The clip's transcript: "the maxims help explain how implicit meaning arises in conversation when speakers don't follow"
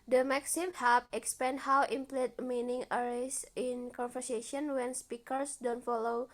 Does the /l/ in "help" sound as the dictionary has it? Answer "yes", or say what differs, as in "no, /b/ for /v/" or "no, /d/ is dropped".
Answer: no, /l/ is dropped